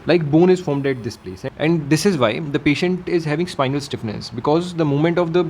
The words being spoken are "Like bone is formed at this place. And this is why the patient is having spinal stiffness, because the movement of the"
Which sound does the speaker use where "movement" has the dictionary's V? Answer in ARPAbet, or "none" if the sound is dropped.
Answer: none